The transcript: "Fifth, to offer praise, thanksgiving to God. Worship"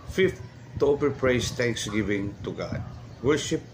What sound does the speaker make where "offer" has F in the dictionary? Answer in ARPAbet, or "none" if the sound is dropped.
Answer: P